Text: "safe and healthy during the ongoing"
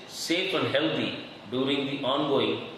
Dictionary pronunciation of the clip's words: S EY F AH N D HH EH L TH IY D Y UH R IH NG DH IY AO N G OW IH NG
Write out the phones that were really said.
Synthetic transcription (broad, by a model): S EY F AH N D HH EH L T IY D Y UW R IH NG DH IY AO N G OW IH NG